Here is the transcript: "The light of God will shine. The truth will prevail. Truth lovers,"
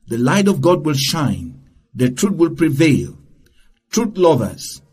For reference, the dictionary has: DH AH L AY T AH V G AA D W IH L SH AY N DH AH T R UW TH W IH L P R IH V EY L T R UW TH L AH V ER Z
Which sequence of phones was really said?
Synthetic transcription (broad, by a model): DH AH L AY T AH V G AA D W IH L SH AY N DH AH T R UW T W IH L P R IH V EY L T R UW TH L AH V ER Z